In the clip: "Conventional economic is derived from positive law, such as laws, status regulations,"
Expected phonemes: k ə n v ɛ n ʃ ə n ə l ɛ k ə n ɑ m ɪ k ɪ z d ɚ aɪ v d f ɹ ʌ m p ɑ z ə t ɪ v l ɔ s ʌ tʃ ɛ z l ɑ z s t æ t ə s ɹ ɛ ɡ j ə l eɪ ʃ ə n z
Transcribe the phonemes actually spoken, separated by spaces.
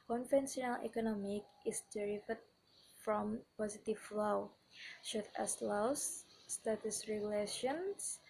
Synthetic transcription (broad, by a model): k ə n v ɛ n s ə n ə l ɛ k ə n ɑ m ɪ k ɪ s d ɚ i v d f ɹ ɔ m p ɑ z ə t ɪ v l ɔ ʃ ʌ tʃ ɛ s l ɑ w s t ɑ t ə s ɹ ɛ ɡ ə l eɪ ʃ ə n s